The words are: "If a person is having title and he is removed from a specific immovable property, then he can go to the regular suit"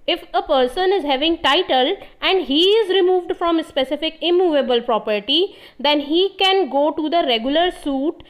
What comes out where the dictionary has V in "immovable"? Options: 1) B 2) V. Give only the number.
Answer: 2